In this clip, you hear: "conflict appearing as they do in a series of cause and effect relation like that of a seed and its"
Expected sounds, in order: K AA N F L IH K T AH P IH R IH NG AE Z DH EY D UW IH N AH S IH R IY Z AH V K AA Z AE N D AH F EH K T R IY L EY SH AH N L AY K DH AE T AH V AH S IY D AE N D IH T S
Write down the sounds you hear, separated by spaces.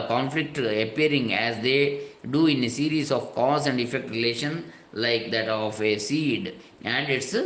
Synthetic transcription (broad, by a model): K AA N F L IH K T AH P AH R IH NG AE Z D EY D UW IH N AH S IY R IY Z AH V K AA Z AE N D AH F EH K T R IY L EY SH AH N L AY K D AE T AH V AH S IY D AE N D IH T S